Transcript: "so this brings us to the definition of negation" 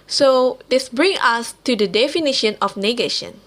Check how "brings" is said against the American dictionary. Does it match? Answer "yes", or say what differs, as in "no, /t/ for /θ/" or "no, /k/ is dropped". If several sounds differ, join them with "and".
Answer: no, /z/ is dropped